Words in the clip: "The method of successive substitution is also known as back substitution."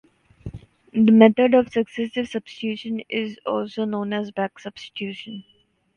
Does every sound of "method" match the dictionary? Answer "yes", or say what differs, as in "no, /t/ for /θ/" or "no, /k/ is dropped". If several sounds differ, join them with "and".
no, /t/ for /θ/